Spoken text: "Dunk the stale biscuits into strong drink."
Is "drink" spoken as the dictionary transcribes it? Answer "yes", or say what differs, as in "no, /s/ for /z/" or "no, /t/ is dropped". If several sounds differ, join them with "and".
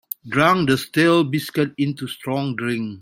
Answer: no, /k/ is dropped